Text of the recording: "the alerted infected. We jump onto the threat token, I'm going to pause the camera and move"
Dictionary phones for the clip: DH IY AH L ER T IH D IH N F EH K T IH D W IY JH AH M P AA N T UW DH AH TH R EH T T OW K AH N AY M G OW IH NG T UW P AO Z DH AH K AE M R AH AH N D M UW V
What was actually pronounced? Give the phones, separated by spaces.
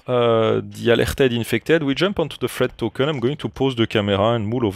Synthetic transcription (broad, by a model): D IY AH L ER T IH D IH N F EH K T IH D W IY JH AH M P AA N T UW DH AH F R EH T T OW K AH N AY M G OW IH NG T UW P AO Z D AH K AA M R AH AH N M UW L